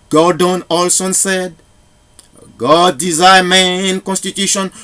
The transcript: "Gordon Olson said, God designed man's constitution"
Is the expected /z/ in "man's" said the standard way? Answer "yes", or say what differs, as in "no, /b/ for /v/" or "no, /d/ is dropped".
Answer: no, /z/ is dropped